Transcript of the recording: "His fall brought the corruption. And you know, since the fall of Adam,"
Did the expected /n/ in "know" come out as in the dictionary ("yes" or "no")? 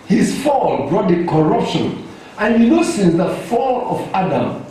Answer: no